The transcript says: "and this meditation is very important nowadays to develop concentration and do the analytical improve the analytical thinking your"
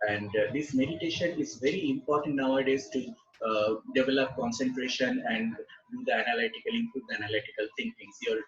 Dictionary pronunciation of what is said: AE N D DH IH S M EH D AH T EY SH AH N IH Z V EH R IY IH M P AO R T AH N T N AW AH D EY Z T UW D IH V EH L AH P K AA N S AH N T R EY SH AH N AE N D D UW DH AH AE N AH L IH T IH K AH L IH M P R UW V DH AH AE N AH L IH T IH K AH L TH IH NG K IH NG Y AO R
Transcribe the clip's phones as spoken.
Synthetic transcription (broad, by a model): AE N D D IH S M EH D AH T EY SH AH N IH Z V EH R IY IH M P AO R T AH N T N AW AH D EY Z T UW D IH V EH L AH P K AA N S AH N T R EY SH AH N AE N D D UW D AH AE N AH L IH T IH K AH L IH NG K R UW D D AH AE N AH L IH T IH K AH L T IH NG K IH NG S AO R